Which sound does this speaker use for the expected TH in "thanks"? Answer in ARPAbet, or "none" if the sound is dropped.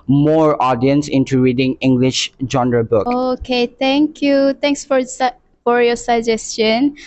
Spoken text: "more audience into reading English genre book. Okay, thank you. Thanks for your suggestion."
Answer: T